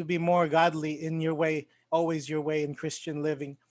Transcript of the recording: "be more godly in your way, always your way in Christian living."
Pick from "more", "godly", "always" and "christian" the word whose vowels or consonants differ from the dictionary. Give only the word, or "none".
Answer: none